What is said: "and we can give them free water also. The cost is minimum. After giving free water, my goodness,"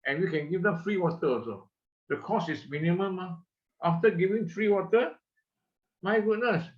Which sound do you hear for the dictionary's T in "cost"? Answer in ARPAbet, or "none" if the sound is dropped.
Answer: none